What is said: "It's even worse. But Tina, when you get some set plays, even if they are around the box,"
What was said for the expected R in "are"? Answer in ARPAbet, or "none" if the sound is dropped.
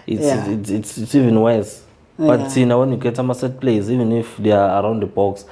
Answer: R